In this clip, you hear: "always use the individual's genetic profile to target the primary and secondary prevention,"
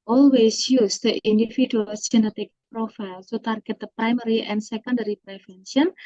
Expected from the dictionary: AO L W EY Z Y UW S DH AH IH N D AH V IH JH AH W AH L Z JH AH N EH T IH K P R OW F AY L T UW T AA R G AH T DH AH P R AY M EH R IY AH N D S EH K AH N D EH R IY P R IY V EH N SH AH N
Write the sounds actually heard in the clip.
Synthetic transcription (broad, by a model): AO L W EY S Y UW S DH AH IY N D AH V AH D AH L S JH AH N EH T IH K P R OW F AY L S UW T AA R G AH T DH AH P R AY M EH R IY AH N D S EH K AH N D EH R IY P R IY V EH N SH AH N